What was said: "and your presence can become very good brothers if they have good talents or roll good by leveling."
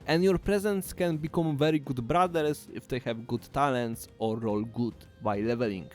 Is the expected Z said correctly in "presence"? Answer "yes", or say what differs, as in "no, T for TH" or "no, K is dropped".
yes